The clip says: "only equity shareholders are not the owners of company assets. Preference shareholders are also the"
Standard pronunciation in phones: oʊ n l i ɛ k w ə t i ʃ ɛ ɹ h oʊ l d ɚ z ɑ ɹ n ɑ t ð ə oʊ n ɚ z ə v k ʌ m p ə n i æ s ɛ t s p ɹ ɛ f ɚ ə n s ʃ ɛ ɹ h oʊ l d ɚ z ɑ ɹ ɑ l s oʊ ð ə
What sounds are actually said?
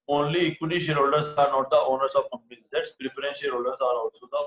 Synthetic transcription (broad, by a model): oʊ n l i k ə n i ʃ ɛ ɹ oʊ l d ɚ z ɑ ɹ n ɑ t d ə oʊ n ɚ s ə v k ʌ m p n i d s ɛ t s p ɹ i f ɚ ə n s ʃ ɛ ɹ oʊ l d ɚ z ɑ ɹ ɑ s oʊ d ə